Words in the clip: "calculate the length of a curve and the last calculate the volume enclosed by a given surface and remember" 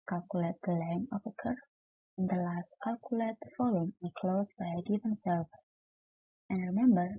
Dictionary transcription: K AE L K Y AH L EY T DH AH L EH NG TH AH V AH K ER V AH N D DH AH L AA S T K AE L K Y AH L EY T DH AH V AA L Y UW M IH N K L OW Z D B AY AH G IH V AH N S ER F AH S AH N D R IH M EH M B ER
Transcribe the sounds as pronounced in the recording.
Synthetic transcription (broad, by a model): K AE L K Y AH L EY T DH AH L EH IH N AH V AH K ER AH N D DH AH L AA S T K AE L K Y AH L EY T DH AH F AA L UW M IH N K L OW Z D B AY AH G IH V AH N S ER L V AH N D R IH M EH M B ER